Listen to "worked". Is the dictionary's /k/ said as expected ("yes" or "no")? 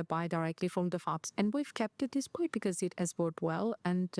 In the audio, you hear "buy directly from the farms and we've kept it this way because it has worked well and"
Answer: no